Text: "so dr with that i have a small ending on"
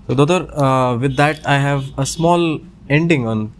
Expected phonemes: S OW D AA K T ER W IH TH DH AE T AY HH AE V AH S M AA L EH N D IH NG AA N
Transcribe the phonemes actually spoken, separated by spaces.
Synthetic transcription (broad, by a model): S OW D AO T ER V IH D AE T AY HH AE V AH S M AA L EH N D IH NG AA N